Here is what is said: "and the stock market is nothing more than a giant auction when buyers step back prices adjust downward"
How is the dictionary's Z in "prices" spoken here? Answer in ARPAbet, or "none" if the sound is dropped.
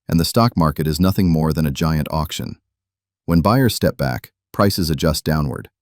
Z